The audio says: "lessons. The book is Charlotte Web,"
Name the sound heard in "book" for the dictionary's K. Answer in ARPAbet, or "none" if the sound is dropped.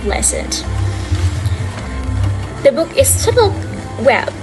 K